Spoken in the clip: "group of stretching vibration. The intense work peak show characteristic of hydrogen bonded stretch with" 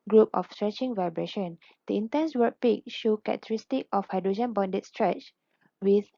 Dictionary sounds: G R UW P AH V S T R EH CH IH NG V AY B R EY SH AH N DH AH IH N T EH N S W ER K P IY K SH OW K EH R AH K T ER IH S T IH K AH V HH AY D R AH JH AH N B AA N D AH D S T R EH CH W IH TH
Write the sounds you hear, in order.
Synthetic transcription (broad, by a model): G R UW P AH F S T R EH CH IH NG V AY B R EY SH AH N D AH IH N T EH N S W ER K P IY K SH OW K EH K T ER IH S T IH K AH F HH AY D R AH JH AH N B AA N D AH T S T R EH CH W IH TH